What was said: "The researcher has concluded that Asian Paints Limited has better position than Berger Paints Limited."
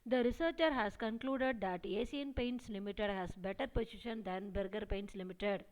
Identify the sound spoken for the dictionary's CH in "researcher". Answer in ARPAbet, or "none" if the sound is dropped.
CH